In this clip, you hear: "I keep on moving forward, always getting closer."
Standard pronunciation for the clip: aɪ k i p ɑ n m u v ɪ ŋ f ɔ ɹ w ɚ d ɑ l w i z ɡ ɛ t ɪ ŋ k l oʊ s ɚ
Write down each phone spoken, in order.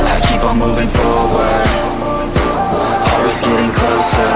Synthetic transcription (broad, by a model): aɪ k i p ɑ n m u v ɪ ŋ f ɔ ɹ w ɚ ɑ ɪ w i z ɡ ɛ t ɪ ŋ k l oʊ s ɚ